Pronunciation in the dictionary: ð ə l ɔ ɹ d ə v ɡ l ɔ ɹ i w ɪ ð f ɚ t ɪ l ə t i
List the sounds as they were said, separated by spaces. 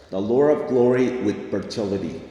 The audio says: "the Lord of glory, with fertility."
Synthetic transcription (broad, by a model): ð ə l ɔ ɹ ə v ɡ l ɔ ɹ i w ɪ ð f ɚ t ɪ l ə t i